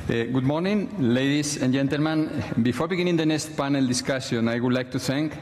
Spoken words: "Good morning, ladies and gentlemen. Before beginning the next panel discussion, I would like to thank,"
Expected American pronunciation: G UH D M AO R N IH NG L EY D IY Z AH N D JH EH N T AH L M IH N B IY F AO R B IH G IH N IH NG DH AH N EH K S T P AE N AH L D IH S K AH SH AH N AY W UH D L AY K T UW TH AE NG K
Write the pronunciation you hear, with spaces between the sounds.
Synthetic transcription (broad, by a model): G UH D M AO R N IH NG L EY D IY S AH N JH EH N T AH L M IH N B IY F AO R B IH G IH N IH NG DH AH N EH K S T P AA N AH L D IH S K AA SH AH N AY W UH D L AY K T UW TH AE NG K